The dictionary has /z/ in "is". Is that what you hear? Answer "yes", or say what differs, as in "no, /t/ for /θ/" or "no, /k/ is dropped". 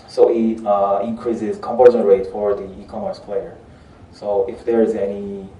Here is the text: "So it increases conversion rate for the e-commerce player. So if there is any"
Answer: yes